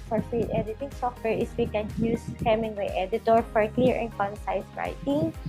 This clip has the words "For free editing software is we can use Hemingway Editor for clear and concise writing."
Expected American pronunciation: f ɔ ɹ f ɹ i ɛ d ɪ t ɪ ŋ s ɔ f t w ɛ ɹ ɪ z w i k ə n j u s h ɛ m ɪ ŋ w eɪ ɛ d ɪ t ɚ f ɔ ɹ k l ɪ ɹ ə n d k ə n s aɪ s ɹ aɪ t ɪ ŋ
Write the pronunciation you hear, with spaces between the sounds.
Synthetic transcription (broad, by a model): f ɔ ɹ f i ɛ d ɪ t ɪ ŋ s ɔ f t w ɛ ɹ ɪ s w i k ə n j u s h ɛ m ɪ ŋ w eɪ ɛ d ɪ t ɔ f ɔ ɹ k l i ɹ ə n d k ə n s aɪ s ɹ aɪ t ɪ ŋ